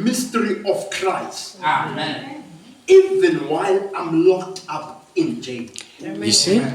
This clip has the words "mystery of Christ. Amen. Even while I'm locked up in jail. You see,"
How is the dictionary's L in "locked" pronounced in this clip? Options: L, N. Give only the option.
L